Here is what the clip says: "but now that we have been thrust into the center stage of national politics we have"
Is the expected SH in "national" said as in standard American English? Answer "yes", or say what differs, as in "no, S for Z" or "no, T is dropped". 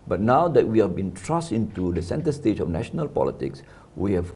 yes